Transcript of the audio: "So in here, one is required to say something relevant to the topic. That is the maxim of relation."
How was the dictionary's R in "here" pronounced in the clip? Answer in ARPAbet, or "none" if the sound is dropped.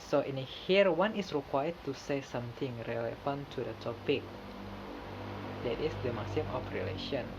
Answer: R